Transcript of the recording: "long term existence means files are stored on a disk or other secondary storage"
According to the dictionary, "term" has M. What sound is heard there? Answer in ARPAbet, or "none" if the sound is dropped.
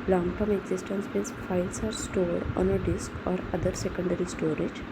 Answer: M